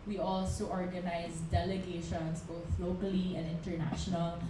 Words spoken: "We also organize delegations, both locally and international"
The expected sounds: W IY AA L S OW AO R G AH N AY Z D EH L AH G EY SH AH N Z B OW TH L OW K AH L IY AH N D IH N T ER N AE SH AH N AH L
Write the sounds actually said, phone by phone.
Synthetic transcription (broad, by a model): W IY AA L S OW AO R G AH N AY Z D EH L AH G EY SH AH N S B OW TH L OW K AH L IY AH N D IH N T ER N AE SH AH N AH L